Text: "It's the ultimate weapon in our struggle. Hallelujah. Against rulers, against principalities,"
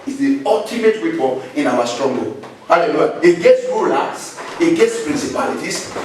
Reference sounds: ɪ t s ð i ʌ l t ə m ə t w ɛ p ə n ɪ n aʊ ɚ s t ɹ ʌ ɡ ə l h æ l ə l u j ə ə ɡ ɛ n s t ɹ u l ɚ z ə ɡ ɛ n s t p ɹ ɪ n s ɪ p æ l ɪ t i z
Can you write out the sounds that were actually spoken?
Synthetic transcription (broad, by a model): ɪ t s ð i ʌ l t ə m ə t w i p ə ɪ n aʊ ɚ s t ɹ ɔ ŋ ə h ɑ l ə l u j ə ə ɡ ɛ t s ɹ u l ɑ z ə ɡ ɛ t s p ɹ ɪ n s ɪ p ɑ l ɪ t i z